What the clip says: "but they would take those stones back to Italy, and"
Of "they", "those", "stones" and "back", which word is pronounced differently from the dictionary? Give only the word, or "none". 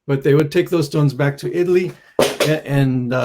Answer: none